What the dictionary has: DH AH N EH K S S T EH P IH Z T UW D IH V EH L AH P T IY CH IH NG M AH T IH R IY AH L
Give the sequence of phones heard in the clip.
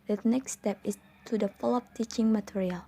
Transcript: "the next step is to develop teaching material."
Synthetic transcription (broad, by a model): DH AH N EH K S S T EH P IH S T UW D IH F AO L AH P T IY CH IH NG M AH T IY R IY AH L